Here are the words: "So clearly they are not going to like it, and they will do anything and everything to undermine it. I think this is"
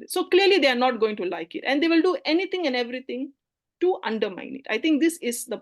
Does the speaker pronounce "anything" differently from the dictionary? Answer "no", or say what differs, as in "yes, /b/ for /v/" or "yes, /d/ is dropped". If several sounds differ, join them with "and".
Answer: yes, /t/ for /θ/